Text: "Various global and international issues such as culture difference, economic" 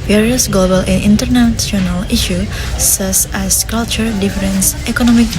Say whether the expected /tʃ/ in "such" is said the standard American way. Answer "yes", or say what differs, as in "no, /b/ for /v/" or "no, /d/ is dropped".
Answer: no, /s/ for /tʃ/